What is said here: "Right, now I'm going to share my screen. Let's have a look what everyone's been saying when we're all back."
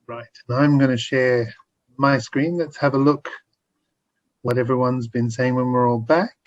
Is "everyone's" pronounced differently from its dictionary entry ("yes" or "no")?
no